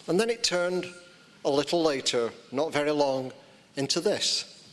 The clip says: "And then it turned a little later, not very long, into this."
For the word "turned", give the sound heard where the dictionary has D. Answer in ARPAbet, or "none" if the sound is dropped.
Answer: D